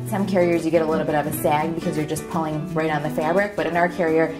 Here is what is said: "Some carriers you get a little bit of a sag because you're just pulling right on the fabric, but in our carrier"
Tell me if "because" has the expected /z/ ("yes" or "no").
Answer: yes